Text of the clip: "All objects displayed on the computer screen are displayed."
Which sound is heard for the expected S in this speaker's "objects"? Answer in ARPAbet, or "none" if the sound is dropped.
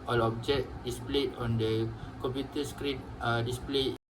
none